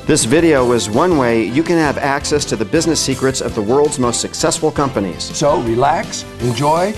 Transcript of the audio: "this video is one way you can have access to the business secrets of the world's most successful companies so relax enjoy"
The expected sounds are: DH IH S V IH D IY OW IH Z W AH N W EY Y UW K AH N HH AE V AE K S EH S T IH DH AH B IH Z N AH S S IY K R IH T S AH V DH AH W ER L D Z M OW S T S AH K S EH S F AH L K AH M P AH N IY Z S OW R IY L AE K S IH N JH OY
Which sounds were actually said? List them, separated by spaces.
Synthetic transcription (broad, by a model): DH IH S V IH D IY OW IH Z W AH N W EY Y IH K AH N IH V AE K S EH S T IH DH AH B IH Z N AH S S IY K R IH T S AH V DH AH W ER L D Z M OW S T S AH K S EH S F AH L K AH M P AH N IY Z S OW R IY L AE K S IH N JH OY